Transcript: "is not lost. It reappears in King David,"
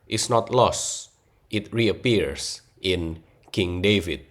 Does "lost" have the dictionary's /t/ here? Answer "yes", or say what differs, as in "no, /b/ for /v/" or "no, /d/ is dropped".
yes